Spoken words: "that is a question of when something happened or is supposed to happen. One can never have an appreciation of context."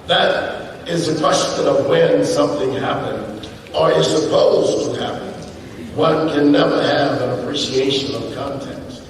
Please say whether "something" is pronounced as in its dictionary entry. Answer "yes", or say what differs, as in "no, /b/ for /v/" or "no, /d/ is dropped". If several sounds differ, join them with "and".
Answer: yes